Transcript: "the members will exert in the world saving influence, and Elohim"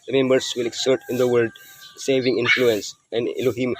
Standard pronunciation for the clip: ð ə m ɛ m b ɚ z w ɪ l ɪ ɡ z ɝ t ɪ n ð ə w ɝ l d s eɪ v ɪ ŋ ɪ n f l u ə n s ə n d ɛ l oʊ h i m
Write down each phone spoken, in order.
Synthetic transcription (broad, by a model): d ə m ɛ m b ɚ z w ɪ l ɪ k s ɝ t ɪ n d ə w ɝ d s eɪ v ɪ ŋ ɪ n f l u ə n s ə n d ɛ l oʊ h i m